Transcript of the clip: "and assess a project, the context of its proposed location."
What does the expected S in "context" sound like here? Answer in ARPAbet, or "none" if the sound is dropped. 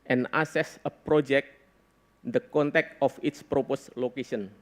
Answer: none